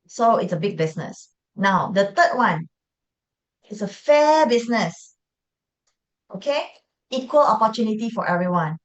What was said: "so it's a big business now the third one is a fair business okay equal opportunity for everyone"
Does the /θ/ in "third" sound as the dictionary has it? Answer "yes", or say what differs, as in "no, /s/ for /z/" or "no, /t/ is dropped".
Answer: no, /t/ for /θ/